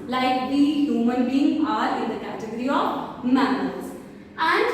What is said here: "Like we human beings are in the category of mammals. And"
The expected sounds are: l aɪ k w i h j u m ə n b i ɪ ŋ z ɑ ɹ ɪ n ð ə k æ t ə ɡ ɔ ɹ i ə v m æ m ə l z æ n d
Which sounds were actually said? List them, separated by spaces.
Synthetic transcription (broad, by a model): l aɪ k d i h j u m ə n b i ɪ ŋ ɑ ɹ ɪ n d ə k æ t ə ɡ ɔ ɹ i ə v m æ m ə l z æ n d